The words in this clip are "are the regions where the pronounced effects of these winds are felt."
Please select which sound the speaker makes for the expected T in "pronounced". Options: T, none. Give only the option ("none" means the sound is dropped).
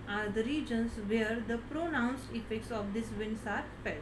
T